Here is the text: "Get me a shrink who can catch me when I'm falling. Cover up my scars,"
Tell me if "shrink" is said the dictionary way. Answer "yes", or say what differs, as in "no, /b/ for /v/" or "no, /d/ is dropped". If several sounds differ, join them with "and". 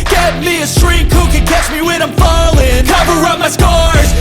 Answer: no, /ŋ/ is dropped